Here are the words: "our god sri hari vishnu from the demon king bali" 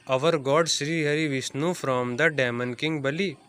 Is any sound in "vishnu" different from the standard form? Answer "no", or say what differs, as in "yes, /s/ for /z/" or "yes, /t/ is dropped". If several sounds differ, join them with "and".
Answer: yes, /s/ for /ʃ/